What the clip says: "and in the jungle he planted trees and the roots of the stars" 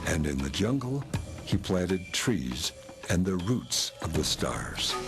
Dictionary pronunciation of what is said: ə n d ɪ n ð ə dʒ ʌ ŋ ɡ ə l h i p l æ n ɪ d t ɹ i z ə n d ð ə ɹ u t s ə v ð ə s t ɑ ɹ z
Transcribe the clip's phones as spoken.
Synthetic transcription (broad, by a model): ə n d ɪ n ð ə dʒ ʌ ŋ ɡ l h i p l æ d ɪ d t ɹ i z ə n ð ə ɹ u t s ə v ð ə s t ɑ ɹ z